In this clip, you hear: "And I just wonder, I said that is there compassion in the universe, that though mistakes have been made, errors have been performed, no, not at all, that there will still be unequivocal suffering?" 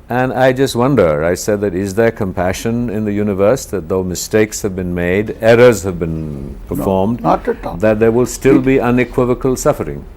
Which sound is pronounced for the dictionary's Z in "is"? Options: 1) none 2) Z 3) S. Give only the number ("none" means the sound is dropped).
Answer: 2